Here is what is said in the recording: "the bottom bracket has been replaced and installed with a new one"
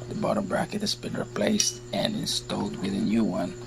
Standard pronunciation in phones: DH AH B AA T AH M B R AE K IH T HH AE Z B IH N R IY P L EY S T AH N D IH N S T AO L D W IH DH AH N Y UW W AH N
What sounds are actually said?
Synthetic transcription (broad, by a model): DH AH B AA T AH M B R AE K IH T HH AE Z B IH N R IY P L EY S T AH N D IH N S T AO L D W IH DH AH N Y UW W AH N